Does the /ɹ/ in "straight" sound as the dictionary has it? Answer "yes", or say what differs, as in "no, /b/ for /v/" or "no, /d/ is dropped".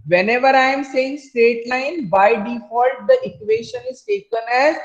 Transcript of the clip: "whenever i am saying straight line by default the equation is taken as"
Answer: no, /ɹ/ is dropped